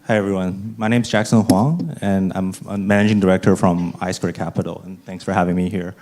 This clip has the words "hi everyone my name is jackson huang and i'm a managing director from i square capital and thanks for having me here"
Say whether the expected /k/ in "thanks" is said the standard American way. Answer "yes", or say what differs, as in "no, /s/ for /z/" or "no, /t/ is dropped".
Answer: yes